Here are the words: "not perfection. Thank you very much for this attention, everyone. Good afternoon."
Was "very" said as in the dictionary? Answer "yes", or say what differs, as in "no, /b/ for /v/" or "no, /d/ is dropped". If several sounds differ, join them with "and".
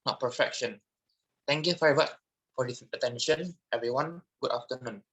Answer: no, /f/ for /v/